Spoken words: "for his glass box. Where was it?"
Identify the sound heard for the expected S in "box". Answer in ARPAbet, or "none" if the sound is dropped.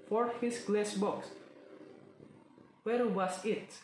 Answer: S